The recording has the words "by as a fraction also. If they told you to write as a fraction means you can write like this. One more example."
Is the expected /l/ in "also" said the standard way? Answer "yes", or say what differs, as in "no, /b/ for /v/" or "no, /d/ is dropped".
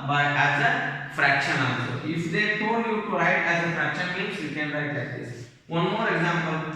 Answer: no, /l/ is dropped